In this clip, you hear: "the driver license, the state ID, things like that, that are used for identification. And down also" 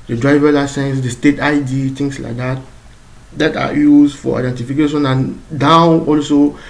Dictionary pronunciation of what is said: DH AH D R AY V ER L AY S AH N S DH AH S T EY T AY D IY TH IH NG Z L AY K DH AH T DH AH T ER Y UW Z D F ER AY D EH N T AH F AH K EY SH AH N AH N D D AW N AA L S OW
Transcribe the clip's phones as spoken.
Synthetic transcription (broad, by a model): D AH D R AY V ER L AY S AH N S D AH S T EY T AY D IY T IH NG S L AY K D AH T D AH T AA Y UW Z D F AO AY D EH N T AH F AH K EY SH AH N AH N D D AW AA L S OW